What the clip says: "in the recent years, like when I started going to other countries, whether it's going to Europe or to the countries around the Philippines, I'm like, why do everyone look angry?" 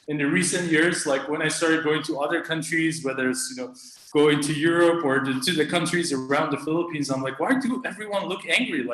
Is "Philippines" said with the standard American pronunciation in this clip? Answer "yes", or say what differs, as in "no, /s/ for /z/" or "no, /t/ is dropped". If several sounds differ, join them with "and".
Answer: yes